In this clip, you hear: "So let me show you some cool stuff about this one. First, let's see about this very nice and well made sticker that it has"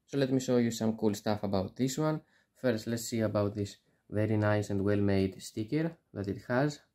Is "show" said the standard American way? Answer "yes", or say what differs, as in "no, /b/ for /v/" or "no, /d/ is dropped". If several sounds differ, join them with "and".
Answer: no, /s/ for /ʃ/